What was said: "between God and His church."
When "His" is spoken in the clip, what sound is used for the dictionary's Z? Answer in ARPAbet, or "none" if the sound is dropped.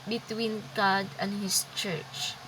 S